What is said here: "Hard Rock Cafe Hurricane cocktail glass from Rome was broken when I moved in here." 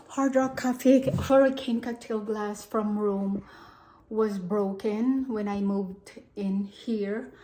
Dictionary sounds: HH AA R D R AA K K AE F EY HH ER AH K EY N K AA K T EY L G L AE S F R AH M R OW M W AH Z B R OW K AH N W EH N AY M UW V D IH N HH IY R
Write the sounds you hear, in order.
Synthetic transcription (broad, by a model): HH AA R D R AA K K AE F EY HH ER AH K EY N K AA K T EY L G L AE S F R AH M R OW M W AH Z B R OW K AH N W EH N AY M UW V D IH N HH IY R